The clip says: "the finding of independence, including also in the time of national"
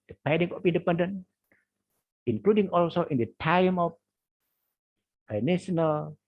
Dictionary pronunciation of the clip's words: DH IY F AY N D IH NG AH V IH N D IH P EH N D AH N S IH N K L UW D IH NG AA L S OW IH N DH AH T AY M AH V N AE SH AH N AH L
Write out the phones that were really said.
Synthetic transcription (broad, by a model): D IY P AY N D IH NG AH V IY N D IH P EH N D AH N IH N K L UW D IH NG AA L S OW IH N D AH T AY M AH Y N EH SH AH N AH L